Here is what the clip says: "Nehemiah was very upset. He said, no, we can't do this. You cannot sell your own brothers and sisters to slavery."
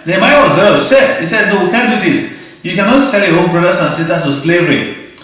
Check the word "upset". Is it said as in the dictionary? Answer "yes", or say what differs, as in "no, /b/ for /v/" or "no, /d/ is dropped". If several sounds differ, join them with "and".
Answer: no, /p/ is dropped